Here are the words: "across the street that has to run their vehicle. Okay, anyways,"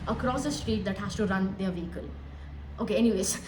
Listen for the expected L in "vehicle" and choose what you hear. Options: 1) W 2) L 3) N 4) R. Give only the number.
2